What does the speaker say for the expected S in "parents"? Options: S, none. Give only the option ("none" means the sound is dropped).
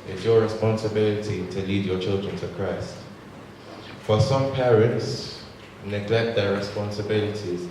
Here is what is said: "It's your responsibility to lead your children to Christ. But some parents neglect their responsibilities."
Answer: S